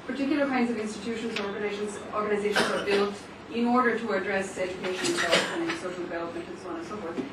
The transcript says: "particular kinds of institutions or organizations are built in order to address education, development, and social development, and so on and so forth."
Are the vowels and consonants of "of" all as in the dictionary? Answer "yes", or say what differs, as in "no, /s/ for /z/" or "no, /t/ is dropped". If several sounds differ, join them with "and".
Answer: yes